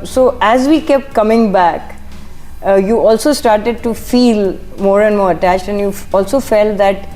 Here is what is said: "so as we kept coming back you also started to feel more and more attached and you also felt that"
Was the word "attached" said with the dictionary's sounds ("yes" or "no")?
yes